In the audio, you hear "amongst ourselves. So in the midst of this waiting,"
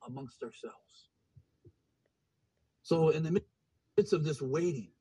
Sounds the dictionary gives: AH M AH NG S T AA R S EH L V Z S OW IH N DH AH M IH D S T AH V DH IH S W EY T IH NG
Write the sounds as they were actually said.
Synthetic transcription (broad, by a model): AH M AH NG S T AA R S EH L V Z S OW IH N DH AH M IH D S AH V DH IH S W EY T IH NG